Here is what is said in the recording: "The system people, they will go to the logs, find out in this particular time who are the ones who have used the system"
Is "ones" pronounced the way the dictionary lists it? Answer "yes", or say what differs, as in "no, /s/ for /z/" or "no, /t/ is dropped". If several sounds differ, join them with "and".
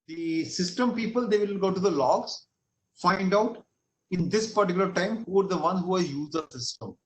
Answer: no, /z/ is dropped